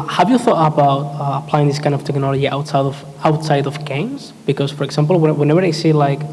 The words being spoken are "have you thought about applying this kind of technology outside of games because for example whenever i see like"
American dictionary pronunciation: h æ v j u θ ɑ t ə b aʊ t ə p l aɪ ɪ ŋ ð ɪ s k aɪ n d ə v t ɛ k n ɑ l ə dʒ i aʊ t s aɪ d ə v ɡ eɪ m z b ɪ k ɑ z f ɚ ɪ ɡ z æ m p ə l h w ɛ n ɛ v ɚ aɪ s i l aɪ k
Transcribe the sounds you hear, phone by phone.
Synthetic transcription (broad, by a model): h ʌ v j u θ ɑ t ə b aʊ t ə p l aɪ ɪ ŋ ð ɪ s k aɪ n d ə v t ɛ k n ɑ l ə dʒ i aʊ t s aɪ d ə v ɡ eɪ m z b ɪ k ɑ z f ɚ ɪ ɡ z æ m p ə l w w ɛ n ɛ v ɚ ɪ s i l aɪ k